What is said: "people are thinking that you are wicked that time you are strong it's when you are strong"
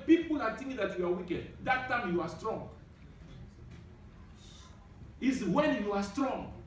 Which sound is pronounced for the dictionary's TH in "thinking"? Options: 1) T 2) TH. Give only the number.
1